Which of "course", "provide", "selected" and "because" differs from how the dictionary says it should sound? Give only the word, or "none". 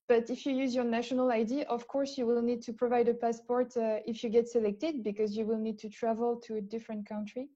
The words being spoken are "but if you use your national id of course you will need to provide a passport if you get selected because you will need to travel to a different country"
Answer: none